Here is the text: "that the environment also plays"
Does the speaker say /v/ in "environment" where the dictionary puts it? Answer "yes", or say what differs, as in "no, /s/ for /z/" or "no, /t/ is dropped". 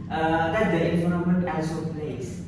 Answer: no, /f/ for /v/